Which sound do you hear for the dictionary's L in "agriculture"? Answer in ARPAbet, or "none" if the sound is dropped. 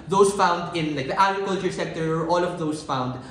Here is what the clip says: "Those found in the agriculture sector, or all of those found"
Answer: L